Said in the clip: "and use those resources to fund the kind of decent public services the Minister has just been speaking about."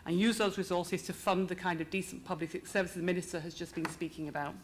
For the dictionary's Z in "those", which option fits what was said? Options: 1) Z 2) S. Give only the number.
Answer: 1